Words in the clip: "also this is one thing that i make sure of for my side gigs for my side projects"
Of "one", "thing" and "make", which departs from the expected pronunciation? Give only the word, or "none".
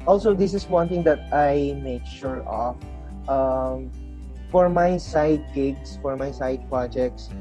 thing